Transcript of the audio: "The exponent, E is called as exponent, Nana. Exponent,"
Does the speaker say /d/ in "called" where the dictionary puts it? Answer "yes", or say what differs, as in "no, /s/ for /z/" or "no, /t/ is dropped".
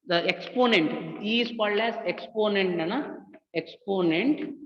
no, /d/ is dropped